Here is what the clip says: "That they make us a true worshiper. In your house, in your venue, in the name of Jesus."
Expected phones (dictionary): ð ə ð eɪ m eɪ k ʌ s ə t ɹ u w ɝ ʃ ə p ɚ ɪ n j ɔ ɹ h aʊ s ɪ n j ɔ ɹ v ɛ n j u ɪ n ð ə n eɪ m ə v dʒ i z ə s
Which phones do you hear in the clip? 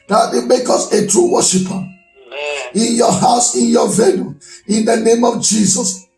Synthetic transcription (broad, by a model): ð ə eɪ m eɪ k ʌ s ə t ɹ u w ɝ ʃ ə p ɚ ɪ n j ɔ h aʊ s ɪ n j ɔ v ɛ l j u ɪ n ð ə n eɪ m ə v dʒ i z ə s